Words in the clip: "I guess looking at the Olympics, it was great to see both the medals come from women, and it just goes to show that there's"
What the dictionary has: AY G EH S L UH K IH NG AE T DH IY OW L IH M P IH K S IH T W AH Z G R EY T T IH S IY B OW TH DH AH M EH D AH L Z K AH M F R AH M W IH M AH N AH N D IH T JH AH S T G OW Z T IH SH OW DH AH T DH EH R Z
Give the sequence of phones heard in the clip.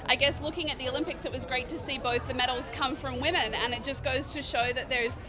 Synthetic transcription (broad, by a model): AY G EH S L UH K IH NG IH T DH IY OW L IH M P IH K S IH T W AH Z G R EY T T IH S IY B OW TH DH AH M EH D L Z K AH M F R AH M W IH M AH N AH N IH T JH AH S G OW Z T IH SH OW DH AH T DH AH R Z